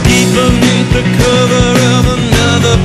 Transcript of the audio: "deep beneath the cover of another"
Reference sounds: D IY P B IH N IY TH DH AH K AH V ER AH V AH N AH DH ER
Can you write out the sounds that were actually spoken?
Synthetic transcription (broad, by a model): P IY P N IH IY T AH K AH V ER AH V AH N AH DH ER